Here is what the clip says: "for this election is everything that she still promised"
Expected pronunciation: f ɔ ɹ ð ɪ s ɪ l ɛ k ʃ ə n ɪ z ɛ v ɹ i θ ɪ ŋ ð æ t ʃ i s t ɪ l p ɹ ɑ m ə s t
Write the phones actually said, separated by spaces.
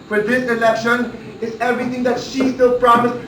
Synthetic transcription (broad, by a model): f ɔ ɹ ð ɪ s ɪ l ɛ k ʃ ə n ɪ z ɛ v ɹ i t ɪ ŋ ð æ t ʃ i s t ɪ l p ɹ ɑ m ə s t